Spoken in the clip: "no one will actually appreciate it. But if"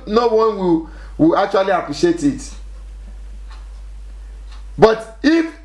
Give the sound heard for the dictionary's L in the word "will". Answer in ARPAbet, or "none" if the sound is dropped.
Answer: W